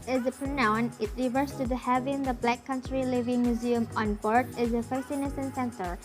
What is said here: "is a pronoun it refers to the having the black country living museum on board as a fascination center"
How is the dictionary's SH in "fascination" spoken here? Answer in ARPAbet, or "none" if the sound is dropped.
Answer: S